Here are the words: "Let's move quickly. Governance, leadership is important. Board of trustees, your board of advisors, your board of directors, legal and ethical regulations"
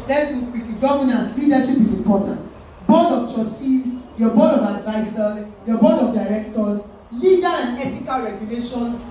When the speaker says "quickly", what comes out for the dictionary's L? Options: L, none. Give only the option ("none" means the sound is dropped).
none